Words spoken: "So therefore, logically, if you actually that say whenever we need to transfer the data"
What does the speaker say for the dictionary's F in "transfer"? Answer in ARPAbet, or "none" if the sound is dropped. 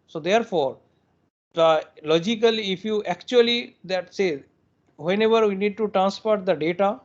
P